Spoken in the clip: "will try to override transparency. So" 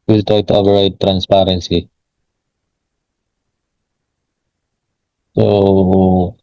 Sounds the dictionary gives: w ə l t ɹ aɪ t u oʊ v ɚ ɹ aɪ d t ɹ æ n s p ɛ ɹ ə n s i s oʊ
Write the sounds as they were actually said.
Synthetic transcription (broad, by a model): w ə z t aɪ t u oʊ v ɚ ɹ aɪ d t ɹ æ n s p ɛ ɹ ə n s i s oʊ